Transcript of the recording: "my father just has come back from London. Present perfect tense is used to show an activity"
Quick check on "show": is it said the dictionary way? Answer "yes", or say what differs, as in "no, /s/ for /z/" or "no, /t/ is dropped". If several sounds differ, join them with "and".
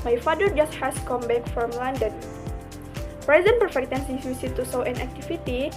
no, /s/ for /ʃ/